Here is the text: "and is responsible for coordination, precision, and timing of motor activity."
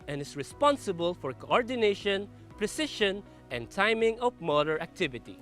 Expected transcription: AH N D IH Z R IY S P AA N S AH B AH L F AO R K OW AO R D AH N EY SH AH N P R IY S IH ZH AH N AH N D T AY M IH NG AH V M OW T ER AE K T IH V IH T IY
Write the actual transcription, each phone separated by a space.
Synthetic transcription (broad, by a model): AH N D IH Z R IY S P AA N S AH B AH L F AO R K OW AO R D AH N EY SH AH N P R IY S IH SH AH N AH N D T AY M IH NG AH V M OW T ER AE K T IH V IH T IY